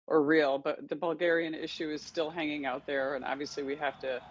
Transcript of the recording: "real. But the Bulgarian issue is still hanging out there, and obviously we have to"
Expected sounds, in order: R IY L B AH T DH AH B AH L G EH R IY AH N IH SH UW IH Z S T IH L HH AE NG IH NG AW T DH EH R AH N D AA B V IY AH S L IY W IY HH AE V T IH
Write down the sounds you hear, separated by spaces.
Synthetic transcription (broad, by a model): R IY L B AH T DH AH B AH L G EH R IY AH N IH SH UW IH Z S T IH L HH AE NG IH NG AW T DH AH R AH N AA B V IY AH S L IY W IY HH AE F T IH